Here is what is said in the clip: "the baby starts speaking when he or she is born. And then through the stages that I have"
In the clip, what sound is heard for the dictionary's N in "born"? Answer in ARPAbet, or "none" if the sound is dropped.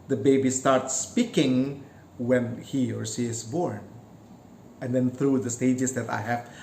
N